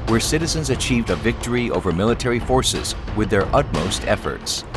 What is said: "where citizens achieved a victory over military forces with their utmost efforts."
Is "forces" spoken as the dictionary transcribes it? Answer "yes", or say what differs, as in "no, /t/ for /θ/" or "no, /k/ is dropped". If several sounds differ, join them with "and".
yes